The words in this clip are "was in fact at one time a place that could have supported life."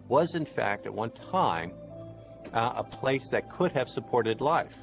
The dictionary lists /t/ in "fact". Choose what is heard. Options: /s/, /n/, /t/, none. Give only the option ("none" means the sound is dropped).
/t/